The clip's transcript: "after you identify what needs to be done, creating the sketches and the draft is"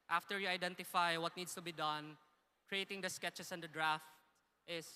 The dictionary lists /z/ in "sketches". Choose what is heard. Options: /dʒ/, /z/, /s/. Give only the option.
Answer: /s/